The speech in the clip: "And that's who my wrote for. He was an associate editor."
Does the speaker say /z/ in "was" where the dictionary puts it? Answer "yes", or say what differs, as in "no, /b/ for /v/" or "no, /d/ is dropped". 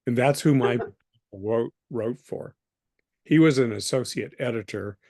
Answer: yes